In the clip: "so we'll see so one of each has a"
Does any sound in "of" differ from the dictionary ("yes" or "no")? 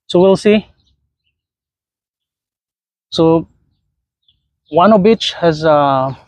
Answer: yes